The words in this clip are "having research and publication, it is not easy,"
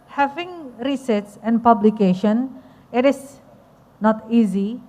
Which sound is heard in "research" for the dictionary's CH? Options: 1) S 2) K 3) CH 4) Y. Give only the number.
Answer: 1